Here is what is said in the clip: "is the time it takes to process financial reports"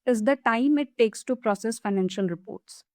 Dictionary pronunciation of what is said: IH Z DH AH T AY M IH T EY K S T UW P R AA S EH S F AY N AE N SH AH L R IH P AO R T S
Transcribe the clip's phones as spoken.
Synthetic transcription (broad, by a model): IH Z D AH T AY M IH T EY K S T UW P R AA S EH S F AY N AE N SH AH L R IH P AO R T S